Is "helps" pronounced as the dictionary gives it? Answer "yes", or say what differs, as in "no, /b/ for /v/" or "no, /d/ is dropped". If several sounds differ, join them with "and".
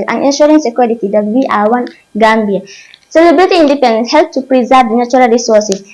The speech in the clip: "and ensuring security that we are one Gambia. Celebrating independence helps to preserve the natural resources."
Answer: no, /s/ is dropped